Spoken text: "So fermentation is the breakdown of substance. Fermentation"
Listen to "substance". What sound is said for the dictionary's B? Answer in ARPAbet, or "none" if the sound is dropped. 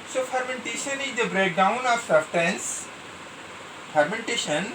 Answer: none